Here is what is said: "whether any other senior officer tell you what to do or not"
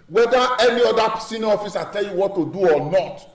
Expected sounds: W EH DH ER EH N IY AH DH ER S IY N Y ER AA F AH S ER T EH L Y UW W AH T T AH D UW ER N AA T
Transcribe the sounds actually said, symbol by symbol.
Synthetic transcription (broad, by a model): W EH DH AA EH N IY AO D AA S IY N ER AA F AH S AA T EH L Y UW W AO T T AH D UW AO N AA T